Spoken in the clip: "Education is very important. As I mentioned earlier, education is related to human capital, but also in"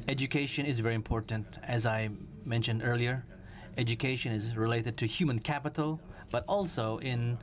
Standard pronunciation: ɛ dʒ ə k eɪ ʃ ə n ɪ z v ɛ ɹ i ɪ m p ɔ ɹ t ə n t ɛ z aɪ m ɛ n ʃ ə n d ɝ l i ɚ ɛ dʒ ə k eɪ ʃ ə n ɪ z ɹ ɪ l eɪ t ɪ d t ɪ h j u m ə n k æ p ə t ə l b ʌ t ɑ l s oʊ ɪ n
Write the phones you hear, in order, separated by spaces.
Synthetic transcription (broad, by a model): ɛ dʒ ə k eɪ ʃ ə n ɪ z v ɛ ɹ i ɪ m p ɔ ɹ t n t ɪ z aɪ m ɛ n ʃ ə n d ɝ l i ɚ ɛ dʒ ə k eɪ ʃ ə n ɪ z ɹ ɪ l eɪ t ɪ d t ɪ h j u m ə n k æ p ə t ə l b ʌ t ɑ l s oʊ ɪ n